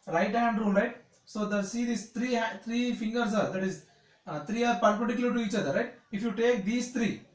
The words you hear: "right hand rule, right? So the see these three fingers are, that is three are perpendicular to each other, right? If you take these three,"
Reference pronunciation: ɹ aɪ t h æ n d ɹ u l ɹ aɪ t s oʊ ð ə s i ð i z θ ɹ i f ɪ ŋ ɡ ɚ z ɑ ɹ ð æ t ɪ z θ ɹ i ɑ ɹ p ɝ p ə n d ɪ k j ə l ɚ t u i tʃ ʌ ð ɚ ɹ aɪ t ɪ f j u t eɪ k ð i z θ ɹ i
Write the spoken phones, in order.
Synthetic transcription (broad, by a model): ɹ aɪ t h æ n d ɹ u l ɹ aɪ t s oʊ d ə s i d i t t ɹ i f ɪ ŋ ɡ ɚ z ɑ ɹ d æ t ɪ z t ɹ i ɑ ɹ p p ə d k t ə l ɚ t u i tʃ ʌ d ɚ ɹ aɪ t ɪ f j u t eɪ k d i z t ɹ i